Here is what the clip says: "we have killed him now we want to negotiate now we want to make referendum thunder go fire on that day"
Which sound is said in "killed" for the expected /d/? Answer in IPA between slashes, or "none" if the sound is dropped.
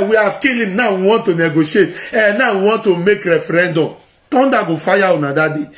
none